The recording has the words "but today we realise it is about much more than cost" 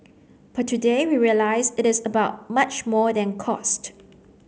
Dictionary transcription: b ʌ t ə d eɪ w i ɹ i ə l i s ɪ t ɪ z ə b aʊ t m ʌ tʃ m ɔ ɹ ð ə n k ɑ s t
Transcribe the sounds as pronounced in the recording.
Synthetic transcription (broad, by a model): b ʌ t ə d eɪ w i ɹ i ə l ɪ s ɪ t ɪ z ə b aʊ t m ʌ tʃ m ɔ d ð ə n k ɑ s t